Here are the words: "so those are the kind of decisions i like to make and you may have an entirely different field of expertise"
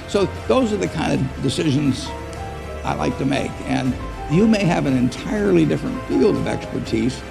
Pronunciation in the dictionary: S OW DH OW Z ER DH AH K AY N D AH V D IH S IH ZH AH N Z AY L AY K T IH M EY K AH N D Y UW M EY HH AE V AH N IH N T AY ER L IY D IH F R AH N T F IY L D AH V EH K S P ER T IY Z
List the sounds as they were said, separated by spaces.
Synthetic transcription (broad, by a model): S OW DH OW Z ER DH AH K AY N D AH V D IH S IH ZH AH N Z AY L AY K T IH M EY K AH N Y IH M EY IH V AH N IH N T AY ER L IY D IH F R AH N T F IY L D AH V EH K S P ER T IY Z